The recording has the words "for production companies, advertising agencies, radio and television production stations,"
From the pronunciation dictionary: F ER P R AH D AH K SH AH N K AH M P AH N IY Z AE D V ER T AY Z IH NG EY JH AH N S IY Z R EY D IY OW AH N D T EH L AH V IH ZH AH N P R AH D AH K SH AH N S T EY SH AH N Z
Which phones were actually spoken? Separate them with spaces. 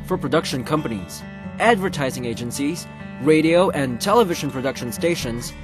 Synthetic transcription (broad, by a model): F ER P R AH D AH K SH AH N K AH M P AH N IY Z AE D V ER T AY Z IH NG EY JH AH N S IY Z R EY D IY OW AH N T EH L AH V IH ZH AH N P R AH D AH K SH AH N S T EY SH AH N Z